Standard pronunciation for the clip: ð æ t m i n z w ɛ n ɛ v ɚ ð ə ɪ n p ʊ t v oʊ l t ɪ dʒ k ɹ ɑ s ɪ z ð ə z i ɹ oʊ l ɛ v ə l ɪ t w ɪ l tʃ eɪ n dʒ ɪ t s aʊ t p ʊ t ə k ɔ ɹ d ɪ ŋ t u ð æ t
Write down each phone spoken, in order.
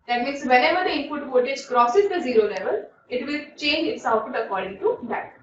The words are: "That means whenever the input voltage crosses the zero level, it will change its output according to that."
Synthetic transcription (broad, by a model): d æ t m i n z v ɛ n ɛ v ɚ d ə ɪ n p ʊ t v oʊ t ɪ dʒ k ɹ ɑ s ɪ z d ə z i ɹ oʊ l ɛ v ə l ɪ t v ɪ l tʃ eɪ n dʒ ɪ t s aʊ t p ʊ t ə k ɔ ɹ d ɪ ŋ t u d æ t